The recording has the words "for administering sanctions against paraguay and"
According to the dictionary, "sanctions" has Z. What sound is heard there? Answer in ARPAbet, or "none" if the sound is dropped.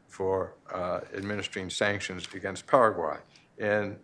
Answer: Z